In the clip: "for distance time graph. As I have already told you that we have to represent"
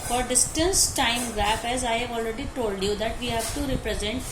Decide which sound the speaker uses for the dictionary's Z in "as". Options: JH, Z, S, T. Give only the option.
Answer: Z